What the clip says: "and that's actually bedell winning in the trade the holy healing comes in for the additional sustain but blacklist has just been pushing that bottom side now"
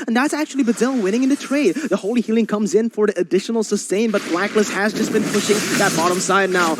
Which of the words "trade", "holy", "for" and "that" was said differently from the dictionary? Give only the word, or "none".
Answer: none